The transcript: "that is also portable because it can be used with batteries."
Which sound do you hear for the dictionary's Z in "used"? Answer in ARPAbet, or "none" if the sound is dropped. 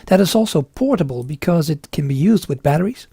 Z